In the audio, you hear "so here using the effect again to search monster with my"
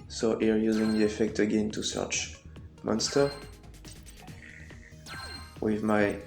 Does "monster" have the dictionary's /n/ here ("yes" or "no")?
yes